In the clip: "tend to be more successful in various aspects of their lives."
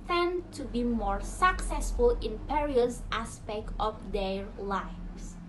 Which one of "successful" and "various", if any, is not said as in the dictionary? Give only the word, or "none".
various